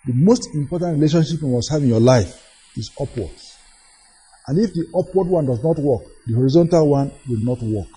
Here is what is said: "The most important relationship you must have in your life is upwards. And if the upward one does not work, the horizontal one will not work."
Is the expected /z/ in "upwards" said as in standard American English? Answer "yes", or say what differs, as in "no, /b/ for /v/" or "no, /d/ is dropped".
no, /z/ is dropped